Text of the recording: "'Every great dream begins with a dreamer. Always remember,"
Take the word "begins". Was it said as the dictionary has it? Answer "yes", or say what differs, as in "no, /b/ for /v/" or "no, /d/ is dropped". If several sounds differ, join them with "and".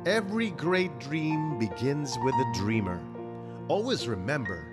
yes